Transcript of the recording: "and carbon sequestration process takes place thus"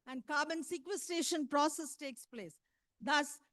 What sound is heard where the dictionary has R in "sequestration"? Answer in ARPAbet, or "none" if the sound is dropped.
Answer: none